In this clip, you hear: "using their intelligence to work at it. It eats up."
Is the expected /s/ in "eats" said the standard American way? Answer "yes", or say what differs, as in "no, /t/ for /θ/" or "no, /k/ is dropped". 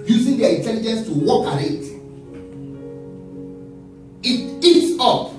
yes